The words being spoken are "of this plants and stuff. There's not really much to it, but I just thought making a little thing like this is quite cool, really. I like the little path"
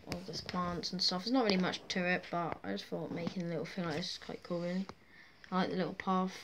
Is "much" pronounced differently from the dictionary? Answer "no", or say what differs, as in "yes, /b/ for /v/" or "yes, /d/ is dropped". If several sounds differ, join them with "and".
no